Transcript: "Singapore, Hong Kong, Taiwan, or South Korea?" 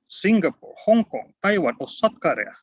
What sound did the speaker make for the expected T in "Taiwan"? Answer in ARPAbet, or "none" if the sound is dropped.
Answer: T